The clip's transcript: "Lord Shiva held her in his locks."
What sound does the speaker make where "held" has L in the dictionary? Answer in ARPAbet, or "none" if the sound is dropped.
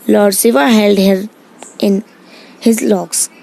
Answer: L